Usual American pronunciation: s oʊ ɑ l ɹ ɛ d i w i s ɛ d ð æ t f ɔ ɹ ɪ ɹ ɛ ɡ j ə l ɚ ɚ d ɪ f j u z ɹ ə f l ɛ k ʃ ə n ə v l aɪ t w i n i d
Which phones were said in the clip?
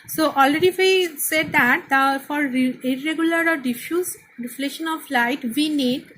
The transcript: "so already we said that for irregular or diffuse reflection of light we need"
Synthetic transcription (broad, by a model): s oʊ ɑ l ɹ ɛ d i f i s ɛ d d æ t f ɔ ɹ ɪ ɹ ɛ ɡ j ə l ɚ ɚ d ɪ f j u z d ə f l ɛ ʃ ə n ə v l aɪ t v i n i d